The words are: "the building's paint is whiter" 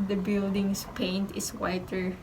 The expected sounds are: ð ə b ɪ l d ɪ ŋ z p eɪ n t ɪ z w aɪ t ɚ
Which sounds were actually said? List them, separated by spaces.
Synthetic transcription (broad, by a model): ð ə b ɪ l d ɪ ŋ s p eɪ n t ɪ s w aɪ t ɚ